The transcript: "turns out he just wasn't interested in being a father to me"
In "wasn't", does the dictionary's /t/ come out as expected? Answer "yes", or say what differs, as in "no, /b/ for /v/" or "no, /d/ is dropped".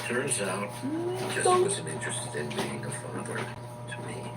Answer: no, /t/ is dropped